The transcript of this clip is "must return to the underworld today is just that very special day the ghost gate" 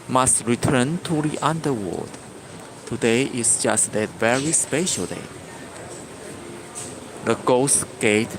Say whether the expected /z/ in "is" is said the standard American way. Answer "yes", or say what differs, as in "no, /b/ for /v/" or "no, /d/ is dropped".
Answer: no, /s/ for /z/